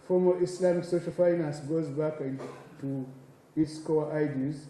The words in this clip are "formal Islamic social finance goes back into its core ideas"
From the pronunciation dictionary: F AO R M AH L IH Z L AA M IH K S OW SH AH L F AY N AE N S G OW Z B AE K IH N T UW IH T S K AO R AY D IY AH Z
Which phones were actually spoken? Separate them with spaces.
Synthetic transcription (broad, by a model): F AO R M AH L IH S L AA M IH K S OW SH AH L F AY N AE N S G OW Z B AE K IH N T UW IH T S K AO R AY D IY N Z